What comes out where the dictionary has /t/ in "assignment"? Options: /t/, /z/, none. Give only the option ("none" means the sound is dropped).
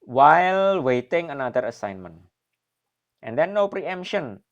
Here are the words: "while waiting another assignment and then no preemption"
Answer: /t/